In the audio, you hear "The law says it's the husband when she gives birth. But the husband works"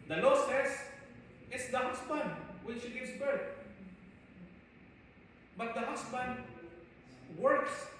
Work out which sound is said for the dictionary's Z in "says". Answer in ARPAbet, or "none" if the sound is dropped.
S